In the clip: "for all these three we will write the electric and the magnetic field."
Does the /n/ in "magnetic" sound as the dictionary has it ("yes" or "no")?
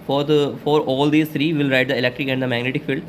yes